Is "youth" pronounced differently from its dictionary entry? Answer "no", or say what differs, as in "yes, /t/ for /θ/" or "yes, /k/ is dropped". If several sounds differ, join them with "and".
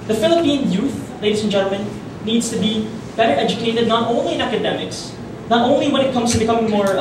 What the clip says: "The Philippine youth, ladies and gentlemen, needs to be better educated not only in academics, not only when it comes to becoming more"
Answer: no